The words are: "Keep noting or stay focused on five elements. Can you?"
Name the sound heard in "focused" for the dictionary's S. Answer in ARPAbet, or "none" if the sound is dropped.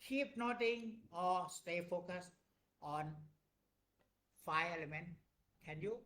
S